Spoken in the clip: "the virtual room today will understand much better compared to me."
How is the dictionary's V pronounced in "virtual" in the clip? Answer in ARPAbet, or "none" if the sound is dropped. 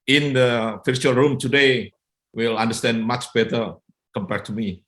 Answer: F